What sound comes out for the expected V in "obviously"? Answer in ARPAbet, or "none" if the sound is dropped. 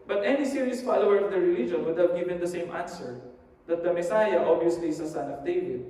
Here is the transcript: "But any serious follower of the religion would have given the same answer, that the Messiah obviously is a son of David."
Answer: none